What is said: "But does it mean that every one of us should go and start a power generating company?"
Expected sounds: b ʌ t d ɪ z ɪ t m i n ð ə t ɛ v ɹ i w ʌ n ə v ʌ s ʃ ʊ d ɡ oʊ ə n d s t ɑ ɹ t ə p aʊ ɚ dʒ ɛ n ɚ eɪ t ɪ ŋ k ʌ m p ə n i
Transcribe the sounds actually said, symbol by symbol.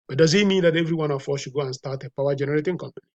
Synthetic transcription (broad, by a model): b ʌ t d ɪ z ɪ t m i n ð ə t ɛ v ɹ i w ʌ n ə f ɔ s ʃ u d ɡ oʊ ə n s t ɑ t ə p aʊ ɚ dʒ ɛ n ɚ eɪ t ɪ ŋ k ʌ m p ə n i